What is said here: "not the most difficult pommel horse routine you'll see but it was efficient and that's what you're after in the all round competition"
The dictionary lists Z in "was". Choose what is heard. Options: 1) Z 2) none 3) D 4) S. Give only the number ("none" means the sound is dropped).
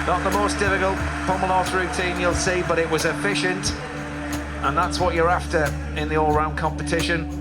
1